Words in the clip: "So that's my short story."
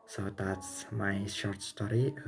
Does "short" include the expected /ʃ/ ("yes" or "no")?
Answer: yes